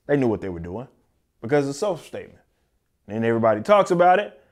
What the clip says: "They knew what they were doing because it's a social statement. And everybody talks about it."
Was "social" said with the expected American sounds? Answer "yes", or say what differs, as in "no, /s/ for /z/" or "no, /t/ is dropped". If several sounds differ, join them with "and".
no, /ʃ/ is dropped